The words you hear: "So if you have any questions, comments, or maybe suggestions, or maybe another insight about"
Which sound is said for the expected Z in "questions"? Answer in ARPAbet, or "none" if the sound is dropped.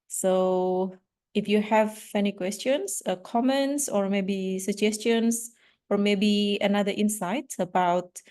S